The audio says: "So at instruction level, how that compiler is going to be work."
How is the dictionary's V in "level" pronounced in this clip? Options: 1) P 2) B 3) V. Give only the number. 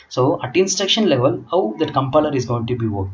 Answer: 3